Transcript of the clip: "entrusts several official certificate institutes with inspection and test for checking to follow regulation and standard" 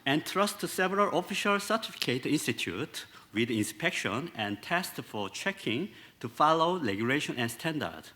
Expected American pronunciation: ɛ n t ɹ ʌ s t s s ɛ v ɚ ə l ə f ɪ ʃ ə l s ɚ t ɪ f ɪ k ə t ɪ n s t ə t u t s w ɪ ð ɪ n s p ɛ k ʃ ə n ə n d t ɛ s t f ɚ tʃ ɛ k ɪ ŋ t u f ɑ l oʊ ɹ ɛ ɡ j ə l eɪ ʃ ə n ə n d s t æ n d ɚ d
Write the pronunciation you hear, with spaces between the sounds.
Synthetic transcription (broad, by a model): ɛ n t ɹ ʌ s t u s ɛ v ɚ ə l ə f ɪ ʃ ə l s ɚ t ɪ f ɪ k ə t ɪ n s t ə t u t w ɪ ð ɪ n s p ɛ k ʃ ə n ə n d t ɛ s t f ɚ tʃ ɛ k ɪ ŋ t u f ɑ l oʊ l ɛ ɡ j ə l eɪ ʃ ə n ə n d s t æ n d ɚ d